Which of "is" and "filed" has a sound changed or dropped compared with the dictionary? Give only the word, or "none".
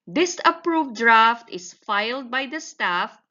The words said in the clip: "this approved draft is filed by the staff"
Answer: is